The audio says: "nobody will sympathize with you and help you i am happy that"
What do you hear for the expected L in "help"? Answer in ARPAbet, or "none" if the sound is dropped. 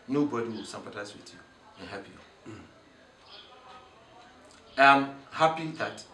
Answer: none